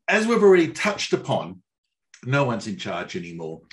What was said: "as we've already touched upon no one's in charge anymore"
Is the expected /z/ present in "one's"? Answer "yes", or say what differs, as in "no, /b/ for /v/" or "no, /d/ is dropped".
yes